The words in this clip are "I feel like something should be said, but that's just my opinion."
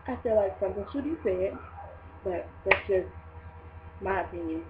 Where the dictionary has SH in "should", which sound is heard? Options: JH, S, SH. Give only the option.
S